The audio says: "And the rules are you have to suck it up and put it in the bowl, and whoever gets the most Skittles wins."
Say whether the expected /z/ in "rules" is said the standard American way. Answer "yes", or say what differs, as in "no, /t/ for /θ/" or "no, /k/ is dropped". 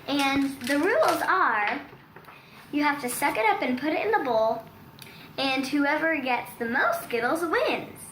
yes